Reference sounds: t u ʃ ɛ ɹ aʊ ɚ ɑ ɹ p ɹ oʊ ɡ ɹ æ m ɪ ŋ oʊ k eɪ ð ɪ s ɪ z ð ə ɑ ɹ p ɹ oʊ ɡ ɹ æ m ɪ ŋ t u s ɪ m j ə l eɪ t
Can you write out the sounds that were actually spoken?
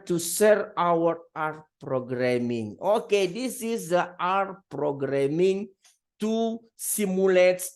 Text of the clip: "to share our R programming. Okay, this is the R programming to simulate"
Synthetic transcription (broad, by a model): t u s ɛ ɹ aʊ ɚ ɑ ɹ p ɹ oʊ ɡ ɹ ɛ m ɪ ŋ oʊ k eɪ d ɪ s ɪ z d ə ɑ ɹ p ɹ oʊ ɡ ɹ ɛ m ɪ ŋ t u s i m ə l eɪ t